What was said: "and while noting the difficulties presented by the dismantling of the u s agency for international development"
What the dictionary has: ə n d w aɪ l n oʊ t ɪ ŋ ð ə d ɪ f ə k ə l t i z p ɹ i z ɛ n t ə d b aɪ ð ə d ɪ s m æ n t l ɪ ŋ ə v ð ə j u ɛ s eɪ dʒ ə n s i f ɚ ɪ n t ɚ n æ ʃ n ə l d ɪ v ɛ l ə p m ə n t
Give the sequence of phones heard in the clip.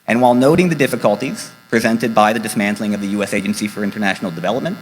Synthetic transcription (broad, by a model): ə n w aɪ l n oʊ t ɪ ŋ ð ə d ɪ f ə k ə l t i z p ɹ i z ɛ n t ə d b aɪ ð ə d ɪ s m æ n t l ɪ ŋ ə v ð ə j u ɛ s eɪ dʒ ə n s i f ɚ ɪ n t ɚ n æ ʃ n l d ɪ v ɛ l ə p m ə n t